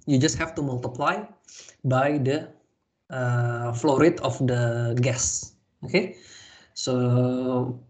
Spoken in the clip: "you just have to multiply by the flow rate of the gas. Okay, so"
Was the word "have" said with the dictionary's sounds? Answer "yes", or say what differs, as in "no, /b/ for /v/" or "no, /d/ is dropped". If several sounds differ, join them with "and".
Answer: no, /f/ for /v/